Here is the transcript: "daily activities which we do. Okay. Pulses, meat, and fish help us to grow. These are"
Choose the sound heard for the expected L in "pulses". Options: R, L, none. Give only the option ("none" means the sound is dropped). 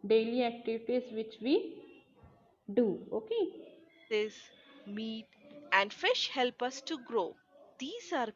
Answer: none